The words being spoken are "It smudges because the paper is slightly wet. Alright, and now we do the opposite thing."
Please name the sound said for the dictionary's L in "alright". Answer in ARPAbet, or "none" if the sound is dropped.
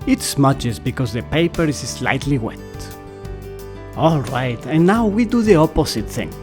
L